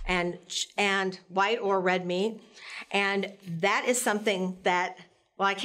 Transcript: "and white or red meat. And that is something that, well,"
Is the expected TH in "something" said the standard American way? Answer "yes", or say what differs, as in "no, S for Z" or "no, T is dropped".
yes